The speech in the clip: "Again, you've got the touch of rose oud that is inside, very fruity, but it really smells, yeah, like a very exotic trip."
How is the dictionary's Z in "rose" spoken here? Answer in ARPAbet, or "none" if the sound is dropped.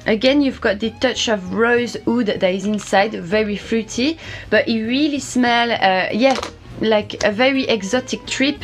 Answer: Z